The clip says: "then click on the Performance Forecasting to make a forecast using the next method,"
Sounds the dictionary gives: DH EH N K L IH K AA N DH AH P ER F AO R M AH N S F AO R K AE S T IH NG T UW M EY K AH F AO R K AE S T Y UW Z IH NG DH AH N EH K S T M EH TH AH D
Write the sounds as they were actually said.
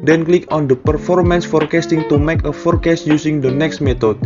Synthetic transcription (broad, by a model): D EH N K L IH K AA N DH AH P ER F AO R M AH N S F AO R K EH S T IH NG T UW M EY K AH F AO R K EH S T Y UW S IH NG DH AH N EH K S T M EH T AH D